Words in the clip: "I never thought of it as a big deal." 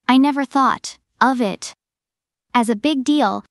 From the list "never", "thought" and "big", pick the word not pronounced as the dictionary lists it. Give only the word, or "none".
none